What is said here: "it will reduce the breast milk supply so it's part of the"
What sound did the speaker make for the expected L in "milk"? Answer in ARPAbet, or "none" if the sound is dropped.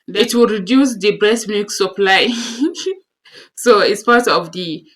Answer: none